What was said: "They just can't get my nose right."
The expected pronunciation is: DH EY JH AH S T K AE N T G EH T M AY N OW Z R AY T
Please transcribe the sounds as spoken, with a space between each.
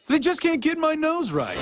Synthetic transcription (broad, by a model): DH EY JH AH S K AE N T G EH T M AY N OW Z R AY T